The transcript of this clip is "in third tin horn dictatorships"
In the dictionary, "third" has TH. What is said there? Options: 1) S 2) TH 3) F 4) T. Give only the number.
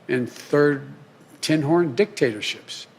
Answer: 2